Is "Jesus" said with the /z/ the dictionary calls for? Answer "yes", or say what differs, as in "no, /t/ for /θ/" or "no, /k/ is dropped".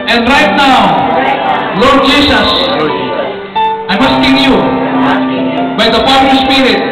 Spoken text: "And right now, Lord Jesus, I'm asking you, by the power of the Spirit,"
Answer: no, /s/ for /z/